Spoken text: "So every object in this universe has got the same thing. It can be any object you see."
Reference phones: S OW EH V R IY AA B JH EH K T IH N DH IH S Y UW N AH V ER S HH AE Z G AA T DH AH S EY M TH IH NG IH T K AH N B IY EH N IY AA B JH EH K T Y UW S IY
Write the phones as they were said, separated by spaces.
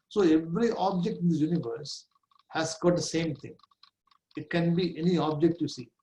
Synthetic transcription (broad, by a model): S OW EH V R IY AA B JH EH K T IH N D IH Y UW N AH V ER S HH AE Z G AA T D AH S EY M T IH NG IH T K AH N B IY EH N IY AA B JH EH K T Y UW S IY